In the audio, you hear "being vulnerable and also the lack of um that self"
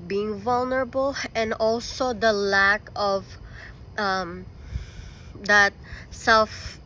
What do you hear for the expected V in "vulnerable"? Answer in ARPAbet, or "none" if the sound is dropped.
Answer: V